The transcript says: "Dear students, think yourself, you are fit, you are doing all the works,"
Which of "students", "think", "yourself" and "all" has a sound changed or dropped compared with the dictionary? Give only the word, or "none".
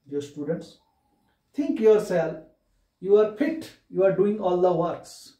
think